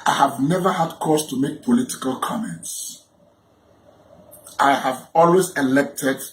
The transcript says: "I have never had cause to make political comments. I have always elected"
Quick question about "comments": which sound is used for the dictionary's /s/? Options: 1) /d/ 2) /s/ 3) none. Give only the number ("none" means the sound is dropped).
2